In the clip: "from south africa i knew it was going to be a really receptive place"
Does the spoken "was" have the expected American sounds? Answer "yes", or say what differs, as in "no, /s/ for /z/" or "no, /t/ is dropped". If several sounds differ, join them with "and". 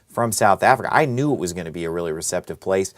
yes